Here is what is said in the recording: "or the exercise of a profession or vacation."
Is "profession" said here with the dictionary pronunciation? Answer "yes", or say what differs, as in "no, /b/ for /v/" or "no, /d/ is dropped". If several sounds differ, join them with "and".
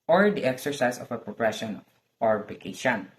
no, /p/ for /f/